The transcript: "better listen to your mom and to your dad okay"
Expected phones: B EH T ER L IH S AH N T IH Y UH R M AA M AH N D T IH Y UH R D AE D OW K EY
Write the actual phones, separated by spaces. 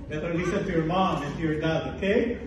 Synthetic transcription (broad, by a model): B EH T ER N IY S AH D T IH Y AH R M AA M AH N T IH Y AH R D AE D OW K EY